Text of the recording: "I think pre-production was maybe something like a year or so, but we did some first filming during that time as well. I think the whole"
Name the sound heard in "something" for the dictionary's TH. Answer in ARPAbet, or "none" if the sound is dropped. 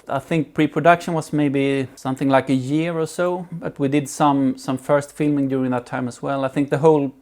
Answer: TH